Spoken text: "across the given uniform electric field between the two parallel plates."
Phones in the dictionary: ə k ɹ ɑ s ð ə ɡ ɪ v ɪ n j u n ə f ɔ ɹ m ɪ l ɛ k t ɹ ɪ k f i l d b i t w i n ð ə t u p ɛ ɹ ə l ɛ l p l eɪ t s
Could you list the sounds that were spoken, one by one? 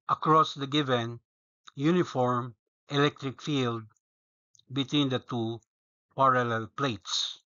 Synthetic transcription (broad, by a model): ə k ɹ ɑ s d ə ɡ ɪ v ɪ n j u n ə f ɔ ɹ m ɪ l ɛ k t ɹ ɪ k f i l d b i t w i n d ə t u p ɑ ɹ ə l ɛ l p l eɪ t s